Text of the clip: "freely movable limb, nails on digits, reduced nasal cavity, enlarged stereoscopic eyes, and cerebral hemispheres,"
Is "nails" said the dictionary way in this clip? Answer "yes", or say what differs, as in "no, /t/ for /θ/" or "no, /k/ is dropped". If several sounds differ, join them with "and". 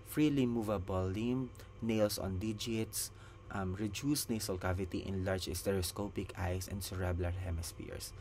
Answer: no, /s/ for /z/